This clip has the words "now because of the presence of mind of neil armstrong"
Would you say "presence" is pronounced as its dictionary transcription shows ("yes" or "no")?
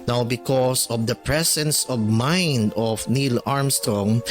no